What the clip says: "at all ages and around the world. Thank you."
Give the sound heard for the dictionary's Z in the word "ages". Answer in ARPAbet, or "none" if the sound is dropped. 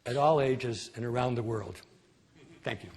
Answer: Z